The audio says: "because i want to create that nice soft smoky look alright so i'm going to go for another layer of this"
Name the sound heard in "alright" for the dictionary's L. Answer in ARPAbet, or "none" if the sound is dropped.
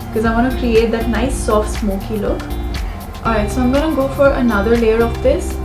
none